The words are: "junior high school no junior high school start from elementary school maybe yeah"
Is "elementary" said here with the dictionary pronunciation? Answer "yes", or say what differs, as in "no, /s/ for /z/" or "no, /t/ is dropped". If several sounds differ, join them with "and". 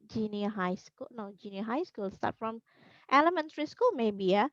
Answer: yes